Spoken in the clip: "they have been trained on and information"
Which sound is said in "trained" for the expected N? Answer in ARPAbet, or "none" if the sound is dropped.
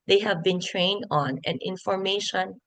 N